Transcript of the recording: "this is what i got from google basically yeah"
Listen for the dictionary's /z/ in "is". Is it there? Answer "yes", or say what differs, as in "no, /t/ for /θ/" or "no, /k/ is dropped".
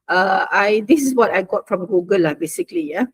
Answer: no, /s/ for /z/